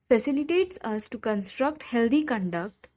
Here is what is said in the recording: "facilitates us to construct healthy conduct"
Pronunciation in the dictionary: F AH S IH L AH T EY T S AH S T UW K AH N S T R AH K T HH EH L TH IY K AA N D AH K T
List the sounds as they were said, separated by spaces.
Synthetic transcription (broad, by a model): F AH S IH L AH T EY T S AH S T UW K AH N S T R AH K T HH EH L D IY K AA N D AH K T